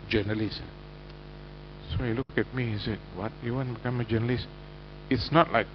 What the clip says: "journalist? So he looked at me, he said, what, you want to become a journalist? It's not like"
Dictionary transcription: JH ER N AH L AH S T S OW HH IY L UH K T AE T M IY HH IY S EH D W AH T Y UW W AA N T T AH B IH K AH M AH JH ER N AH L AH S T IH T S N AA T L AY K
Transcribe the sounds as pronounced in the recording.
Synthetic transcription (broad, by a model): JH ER N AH L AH S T S OW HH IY L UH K EH T M IY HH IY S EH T W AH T Y UW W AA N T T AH B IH K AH M AH JH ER N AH L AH S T IH T S N AA T L AY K